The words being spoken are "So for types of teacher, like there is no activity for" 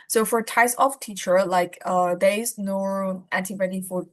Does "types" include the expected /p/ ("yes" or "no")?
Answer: no